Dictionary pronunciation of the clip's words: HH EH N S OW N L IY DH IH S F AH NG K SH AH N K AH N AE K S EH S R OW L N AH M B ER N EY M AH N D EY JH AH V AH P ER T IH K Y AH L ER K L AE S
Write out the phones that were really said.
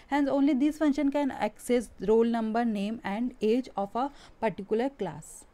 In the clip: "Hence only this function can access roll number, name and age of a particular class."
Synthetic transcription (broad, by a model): HH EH N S OW N L IY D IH S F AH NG SH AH N K AH N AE K S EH S R OW L N AH M B ER N EY M AH N D EY JH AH F AH P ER T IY K Y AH L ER K L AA S